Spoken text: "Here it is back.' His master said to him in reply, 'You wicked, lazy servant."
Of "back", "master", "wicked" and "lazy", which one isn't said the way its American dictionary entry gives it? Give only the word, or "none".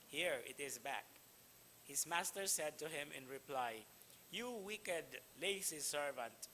lazy